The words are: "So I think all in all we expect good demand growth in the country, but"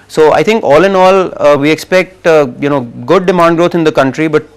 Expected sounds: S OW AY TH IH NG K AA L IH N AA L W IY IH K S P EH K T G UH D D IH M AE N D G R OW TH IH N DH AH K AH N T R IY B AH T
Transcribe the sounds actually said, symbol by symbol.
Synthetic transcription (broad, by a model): S OW AY T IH NG K AA L IH N AA L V IY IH K S P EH K T G UH D D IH M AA N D G R OW T IH N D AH K AH N T R IY B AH T